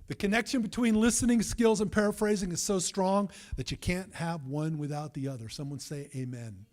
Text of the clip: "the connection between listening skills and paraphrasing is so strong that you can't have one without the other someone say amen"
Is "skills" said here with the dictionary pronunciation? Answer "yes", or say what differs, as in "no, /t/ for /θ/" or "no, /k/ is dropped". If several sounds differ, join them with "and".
yes